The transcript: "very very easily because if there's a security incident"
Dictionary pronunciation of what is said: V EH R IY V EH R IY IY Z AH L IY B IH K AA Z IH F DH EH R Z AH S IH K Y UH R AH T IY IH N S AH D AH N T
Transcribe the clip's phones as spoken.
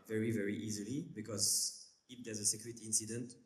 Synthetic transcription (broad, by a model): V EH R IY V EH R IY IY Z AH L IY B IH K AA Z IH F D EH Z AH S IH K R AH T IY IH N S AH D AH N T